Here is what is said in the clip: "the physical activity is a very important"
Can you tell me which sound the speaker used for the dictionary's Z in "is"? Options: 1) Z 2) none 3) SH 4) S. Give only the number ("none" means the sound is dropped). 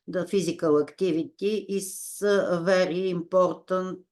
4